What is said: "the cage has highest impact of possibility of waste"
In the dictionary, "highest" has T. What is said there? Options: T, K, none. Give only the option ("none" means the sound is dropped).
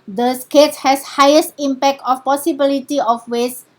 T